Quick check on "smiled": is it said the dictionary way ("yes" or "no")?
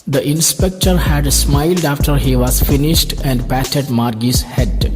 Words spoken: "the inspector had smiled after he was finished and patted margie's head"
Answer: yes